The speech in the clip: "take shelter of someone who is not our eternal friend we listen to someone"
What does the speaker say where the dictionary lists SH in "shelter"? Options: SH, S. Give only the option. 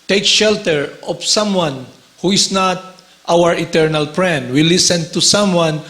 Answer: SH